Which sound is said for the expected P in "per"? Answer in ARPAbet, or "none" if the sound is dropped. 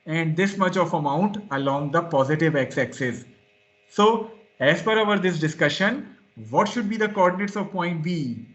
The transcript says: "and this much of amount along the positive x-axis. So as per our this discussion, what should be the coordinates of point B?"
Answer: F